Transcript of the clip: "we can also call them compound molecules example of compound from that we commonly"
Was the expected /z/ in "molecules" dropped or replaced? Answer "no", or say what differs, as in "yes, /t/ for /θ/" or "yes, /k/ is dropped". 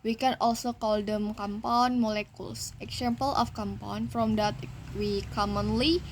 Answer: yes, /s/ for /z/